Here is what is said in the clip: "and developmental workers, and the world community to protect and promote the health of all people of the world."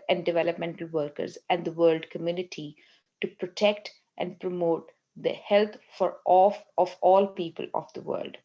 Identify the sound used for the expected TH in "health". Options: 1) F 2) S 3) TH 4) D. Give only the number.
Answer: 1